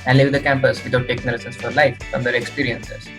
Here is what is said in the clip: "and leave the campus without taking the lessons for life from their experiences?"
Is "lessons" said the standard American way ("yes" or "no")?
no